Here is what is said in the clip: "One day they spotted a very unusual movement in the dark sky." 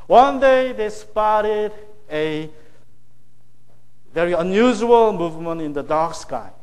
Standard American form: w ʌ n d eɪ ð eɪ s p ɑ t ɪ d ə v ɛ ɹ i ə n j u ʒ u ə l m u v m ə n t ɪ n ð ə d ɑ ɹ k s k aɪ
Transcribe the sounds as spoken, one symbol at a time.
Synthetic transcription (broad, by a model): w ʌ n d eɪ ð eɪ s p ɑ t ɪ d ə v ɛ ɹ i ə n j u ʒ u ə l m u v m ə n t ɪ n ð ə d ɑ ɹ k s k aɪ